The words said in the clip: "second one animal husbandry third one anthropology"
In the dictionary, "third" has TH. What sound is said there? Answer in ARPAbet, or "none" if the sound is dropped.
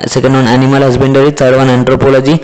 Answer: S